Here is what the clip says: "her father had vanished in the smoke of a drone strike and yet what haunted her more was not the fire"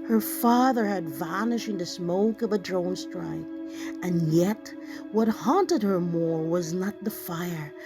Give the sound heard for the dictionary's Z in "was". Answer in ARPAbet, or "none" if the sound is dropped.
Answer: Z